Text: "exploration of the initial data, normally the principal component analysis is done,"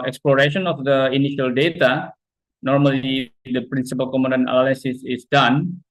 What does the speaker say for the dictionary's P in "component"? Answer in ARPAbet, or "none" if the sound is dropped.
none